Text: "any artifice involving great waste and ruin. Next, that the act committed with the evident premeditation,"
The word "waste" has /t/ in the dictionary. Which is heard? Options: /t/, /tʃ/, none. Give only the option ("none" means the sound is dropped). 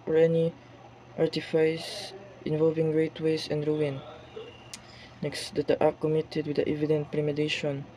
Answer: none